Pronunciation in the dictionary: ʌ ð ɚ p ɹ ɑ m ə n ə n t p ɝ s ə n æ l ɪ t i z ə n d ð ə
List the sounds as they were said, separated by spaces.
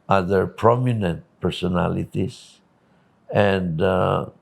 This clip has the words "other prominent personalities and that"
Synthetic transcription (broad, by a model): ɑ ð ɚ p ɹ ɑ m ə n ə n t p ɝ s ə n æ l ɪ t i s ə n d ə